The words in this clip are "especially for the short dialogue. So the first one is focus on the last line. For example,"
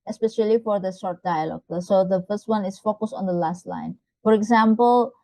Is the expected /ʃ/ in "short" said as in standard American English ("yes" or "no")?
no